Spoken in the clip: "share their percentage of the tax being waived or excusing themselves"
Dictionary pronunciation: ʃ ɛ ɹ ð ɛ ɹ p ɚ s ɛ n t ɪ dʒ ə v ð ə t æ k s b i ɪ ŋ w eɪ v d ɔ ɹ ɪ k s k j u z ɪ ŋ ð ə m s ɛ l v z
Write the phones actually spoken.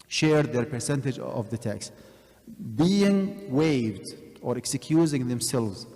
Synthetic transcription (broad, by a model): ʃ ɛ ɹ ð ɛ ɹ p ɚ s ɛ n t ɪ dʒ ə v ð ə t æ k s b i ɪ ŋ w eɪ v d ɔ ɹ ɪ k s k j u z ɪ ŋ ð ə m s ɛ l v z